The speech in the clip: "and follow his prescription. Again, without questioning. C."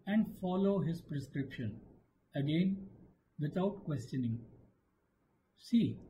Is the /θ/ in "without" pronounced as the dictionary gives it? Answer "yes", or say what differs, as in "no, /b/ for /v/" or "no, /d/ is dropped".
no, /t/ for /θ/